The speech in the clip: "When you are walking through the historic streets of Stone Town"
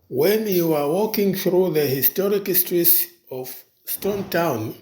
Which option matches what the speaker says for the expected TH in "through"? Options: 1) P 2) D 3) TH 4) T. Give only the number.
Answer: 3